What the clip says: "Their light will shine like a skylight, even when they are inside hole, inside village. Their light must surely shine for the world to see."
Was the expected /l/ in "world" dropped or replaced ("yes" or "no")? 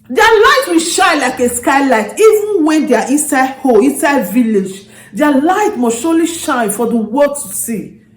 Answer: yes